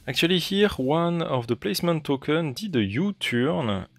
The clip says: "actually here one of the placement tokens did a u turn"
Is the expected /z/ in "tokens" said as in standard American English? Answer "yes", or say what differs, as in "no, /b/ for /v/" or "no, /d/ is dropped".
no, /z/ is dropped